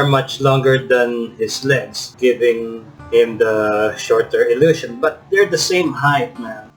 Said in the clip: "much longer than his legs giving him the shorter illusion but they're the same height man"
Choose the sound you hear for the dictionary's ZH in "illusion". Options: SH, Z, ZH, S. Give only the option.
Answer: SH